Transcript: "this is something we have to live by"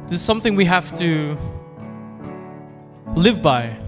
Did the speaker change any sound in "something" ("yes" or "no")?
no